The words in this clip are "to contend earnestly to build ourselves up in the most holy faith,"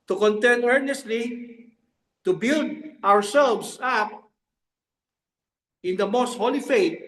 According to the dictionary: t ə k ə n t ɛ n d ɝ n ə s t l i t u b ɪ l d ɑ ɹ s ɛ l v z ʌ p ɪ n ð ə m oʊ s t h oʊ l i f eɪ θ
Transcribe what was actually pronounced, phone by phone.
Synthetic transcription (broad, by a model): t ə k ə n t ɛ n ɝ n ə s t l i t u b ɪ l d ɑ ɹ s ɛ l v s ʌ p ɪ n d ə m oʊ s t h oʊ l i f eɪ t